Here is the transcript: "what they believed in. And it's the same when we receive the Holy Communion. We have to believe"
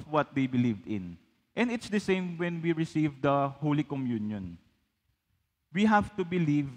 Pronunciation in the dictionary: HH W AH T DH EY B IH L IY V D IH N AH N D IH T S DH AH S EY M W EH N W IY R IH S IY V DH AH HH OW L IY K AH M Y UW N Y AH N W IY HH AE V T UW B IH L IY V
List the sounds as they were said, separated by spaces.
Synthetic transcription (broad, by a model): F W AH T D EY B IH L IY V D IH N AH N D IH T S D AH S EY M W EH N W IY R IH S IY V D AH HH OW L IY K AH M Y UW N Y AH N W IY HH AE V T UW B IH L IY V